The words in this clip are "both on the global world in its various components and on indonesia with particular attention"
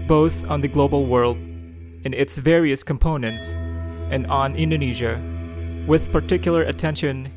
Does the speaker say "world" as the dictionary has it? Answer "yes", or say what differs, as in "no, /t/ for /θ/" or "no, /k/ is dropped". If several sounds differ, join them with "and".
yes